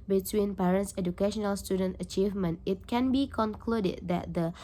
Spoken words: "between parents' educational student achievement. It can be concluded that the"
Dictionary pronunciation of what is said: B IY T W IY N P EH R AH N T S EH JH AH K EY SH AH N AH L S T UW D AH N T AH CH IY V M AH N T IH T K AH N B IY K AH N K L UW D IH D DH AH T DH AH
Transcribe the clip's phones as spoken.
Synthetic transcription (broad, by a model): B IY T W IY N P EH R AH N T S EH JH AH K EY SH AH N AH L S T UW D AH N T AH CH IY V M AH N T IH T K AH N B IY K AH N K L UW D IH D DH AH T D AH